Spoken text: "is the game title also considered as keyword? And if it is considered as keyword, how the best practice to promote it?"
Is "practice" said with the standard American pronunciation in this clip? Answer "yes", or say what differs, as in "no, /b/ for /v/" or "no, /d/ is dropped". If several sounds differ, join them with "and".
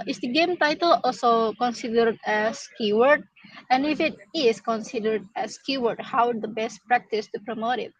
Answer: yes